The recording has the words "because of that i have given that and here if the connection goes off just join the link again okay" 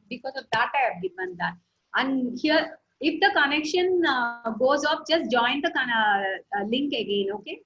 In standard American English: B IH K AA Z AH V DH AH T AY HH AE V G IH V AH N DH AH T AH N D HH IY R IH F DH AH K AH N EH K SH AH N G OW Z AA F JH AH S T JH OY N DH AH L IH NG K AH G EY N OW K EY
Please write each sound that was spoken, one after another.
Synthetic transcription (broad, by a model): B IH K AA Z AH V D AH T AY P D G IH B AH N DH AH T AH N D HH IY R IH F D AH K AH N EH K SH AH N G OW Z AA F JH AH S T JH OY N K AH L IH NG K AH G EY N OW K EY